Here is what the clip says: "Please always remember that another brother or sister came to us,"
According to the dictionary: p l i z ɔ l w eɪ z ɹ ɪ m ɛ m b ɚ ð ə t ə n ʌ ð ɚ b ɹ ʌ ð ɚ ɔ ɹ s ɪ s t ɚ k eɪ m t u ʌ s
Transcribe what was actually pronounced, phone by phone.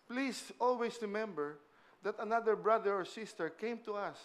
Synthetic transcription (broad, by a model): p l i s ɔ l w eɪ s ɹ ɪ m ɛ m b ɚ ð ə t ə n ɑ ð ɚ b ɹ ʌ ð ɚ ɔ ɹ s ɪ s t ɚ k eɪ m t u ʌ s